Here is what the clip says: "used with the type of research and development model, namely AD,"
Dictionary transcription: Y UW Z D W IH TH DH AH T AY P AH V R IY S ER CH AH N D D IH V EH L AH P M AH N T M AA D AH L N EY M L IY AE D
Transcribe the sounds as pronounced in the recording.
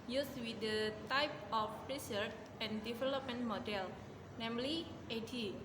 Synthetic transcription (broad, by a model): Y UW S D W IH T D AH T AY P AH P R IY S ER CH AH N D D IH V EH L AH P M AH N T M AA D AH L N EY M L IY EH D